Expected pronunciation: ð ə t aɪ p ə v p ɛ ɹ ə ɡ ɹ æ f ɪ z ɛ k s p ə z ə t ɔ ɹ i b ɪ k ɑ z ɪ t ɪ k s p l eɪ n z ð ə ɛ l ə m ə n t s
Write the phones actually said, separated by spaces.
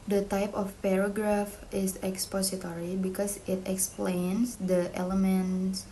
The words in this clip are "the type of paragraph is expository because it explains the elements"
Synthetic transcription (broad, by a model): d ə t aɪ p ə f p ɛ ɹ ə ɡ ɹ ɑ f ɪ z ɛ k s p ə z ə t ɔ ɹ i b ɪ k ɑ s ɪ t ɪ k s p l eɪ n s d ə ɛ l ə m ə n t s